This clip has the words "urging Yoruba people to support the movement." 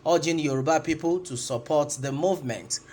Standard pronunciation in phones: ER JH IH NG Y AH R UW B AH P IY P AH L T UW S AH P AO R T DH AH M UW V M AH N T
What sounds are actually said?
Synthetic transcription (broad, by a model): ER JH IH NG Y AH R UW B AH P IY P AH L T UW S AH P AO T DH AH M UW V M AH N T